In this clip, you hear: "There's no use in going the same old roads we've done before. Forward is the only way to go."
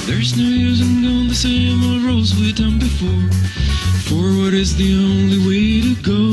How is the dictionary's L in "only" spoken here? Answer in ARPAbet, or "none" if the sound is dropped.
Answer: L